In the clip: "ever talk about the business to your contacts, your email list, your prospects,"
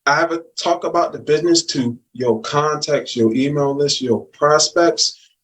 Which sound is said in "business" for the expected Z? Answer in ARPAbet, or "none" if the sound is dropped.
Z